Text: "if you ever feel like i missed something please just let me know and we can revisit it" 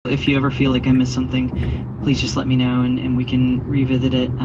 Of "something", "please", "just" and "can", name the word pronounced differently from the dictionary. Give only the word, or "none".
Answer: none